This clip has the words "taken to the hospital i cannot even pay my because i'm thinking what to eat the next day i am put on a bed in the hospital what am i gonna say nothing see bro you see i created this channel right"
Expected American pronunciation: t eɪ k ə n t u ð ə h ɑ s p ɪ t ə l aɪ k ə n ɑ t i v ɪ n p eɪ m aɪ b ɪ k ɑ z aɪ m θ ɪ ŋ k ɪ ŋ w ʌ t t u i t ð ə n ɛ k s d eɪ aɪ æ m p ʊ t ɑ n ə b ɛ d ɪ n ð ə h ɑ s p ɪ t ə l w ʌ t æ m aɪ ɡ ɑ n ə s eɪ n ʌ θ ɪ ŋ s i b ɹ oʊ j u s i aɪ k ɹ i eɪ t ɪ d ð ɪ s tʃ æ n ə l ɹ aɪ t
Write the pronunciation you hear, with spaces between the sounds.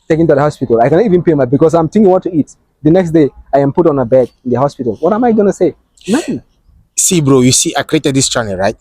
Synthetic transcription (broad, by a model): t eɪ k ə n t u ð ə h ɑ s p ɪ t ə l aɪ k ə n ɑ t i v ɪ n p eɪ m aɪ b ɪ k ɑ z aɪ m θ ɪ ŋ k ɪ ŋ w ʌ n t u i t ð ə n ɛ k s d eɪ aɪ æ m p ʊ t ɑ n ə b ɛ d ɪ n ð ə h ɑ s p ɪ t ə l w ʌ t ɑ m aɪ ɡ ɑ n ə s eɪ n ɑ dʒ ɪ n s i b ɹ oʊ j u s i aɪ k ɹ i eɪ t ɪ d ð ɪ s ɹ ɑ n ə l ɹ aɪ t